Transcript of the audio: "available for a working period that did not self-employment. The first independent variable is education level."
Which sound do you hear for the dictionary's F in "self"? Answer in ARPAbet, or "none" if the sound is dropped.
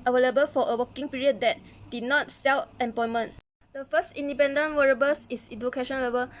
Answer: none